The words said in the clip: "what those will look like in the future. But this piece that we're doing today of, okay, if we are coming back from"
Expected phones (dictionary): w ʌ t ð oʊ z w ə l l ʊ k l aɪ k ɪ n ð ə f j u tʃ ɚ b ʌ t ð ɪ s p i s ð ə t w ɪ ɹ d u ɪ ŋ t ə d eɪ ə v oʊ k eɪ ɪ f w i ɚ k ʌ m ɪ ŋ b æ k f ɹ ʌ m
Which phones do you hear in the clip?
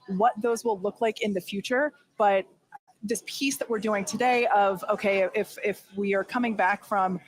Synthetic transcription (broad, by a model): w ʌ t ð oʊ z w ə l l ʊ k l aɪ k ɪ n ð ə f j u tʃ ɚ b ʌ t ð ɪ s p i s ð ə t w ɪ ɹ d u ɪ ŋ t ə d eɪ ə v oʊ k eɪ ɪ f w i ɚ k ʌ m ɪ ŋ b æ k f ɹ ʌ m